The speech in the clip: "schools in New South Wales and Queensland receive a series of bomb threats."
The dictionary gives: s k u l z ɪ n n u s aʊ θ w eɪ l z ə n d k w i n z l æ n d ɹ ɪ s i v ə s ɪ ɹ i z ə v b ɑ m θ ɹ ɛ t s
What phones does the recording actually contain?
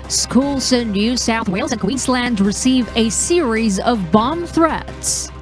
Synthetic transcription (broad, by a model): s k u l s ɪ n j u s aʊ θ w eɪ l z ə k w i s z l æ n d ɹ ɪ s i v ə s ɪ ɹ i z ə v b ɑ m θ ɹ ɛ t s